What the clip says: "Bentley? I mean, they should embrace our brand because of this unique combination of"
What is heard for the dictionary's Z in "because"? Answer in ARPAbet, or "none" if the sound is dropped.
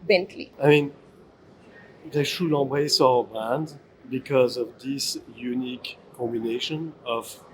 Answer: Z